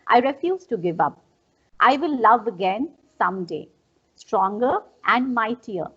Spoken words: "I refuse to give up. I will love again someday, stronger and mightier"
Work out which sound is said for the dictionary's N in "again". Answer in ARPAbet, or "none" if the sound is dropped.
N